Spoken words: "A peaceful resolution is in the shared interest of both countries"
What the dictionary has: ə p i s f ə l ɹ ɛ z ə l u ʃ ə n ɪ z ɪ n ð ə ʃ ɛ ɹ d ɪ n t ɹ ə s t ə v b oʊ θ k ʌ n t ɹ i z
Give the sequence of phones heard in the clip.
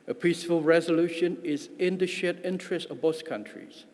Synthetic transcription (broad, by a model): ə p i s f ə l ɹ ɛ z ə l u ʃ ə n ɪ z ɪ n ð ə ʃ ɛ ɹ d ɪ n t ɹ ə s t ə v b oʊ s k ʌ n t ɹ i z